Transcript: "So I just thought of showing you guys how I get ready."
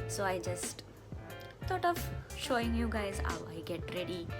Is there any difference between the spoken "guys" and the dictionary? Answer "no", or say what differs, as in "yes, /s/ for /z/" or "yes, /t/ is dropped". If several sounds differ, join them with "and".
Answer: no